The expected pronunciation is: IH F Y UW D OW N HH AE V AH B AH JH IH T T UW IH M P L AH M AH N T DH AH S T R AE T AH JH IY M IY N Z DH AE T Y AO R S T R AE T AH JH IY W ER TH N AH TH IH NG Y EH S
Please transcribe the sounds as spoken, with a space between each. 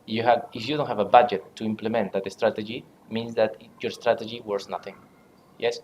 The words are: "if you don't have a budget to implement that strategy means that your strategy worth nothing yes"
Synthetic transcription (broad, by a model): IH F Y UW D OW N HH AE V AH B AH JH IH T T UW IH M P L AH M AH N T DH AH S T R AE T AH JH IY M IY N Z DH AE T Y AO R S T R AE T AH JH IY W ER S N AH TH IH NG Y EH S